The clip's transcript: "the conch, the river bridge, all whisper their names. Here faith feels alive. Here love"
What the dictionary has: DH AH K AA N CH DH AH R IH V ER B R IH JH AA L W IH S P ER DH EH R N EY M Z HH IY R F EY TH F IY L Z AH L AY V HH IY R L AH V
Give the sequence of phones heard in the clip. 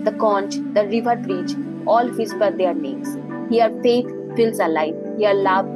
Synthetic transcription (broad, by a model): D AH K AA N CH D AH R IH V ER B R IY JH AA L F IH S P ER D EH R N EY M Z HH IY R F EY T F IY L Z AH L AY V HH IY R L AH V